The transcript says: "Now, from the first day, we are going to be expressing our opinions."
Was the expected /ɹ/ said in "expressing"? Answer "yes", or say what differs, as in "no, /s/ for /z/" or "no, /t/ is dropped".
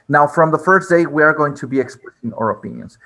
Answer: no, /l/ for /ɹ/